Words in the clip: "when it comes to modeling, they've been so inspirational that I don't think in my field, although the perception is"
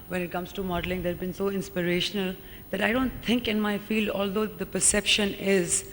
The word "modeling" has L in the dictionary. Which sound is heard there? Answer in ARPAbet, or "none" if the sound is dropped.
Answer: L